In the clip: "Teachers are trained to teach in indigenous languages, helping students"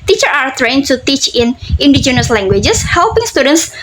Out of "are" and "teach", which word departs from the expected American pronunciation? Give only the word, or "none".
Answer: none